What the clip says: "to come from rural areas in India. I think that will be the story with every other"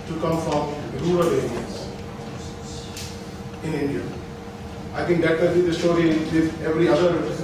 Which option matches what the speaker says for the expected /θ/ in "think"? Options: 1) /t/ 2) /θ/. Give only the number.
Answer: 1